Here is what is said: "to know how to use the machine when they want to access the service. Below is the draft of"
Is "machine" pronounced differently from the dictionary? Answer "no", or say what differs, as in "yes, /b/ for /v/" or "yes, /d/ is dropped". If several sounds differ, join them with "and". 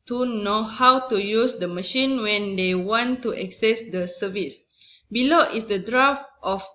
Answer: no